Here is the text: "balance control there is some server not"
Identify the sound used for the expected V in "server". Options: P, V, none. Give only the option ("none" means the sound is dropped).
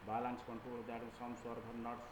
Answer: P